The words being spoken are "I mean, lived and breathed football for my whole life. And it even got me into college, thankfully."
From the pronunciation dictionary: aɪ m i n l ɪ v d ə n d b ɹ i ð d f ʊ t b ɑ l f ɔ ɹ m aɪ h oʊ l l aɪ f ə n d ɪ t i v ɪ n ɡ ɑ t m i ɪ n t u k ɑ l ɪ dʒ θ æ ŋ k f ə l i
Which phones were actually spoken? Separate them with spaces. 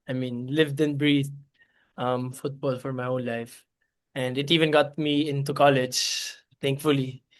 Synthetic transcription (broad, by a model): aɪ m i n l ɪ v d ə n b ɹ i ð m f ʊ t b ɑ l f ɔ ɹ m aɪ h oʊ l l aɪ f ə n d ɪ t i v ɪ n ɡ ɑ t m i ɪ n t u k ɑ l ɪ dʒ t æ ŋ k f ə l i